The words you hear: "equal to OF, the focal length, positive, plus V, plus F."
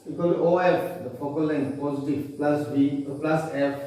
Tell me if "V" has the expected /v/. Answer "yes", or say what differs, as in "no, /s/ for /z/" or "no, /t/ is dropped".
no, /b/ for /v/